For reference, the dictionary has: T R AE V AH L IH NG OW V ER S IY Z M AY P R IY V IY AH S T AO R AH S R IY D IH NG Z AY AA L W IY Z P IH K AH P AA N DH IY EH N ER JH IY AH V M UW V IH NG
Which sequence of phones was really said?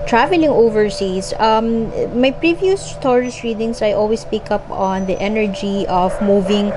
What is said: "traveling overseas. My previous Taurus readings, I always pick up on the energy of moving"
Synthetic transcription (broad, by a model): T R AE V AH L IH NG OW V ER S IY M M AY P R IY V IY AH S T AO R AH S R IY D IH NG S AY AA L W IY S P IH K AH P AA N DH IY EH N ER JH IY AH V M UW V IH NG